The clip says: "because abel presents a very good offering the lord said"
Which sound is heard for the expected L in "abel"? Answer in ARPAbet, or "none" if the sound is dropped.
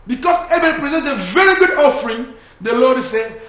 N